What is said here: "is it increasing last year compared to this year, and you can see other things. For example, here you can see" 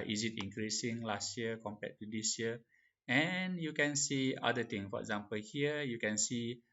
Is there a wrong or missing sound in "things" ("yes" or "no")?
yes